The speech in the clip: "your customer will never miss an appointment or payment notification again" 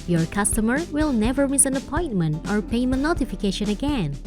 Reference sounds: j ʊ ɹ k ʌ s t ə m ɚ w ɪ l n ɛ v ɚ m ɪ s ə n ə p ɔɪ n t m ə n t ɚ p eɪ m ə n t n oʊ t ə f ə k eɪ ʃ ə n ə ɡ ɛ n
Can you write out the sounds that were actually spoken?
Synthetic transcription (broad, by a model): j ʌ ɹ k ʌ s t ə m ɚ w ɪ l n ɛ v ɚ m ɪ s ə n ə p ɔɪ n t m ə n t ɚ p eɪ ə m n oʊ t ə f ə k eɪ ʃ ə n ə ɡ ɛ n